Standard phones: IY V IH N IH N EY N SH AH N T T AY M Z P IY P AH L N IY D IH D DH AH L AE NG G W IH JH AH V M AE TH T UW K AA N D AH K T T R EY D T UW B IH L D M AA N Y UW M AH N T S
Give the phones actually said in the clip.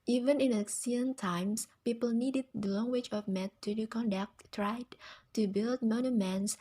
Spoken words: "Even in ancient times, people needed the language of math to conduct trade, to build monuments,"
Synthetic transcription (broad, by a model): IY V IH N IH N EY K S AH N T T AY M S P IY P AH L N IY D IH D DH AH L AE NG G W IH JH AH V M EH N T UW K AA N D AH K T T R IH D T UW B IH L D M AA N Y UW M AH N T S